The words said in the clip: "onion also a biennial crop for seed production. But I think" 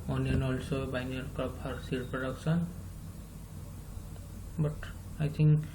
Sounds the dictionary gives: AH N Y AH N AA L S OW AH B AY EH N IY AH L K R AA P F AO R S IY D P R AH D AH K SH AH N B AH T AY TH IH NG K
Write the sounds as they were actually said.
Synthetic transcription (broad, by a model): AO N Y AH N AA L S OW AH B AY N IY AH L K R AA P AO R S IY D P R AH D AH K S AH N B AH T AY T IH NG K